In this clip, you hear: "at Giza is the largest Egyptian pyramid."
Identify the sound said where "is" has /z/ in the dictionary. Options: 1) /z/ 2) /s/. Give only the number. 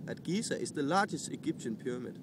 2